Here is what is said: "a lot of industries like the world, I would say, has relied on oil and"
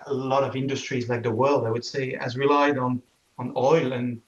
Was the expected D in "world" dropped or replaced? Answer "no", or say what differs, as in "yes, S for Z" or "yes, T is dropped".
no